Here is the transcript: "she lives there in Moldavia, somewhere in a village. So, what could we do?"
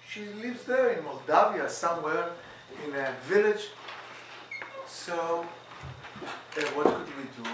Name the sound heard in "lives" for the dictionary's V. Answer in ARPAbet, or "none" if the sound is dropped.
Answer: V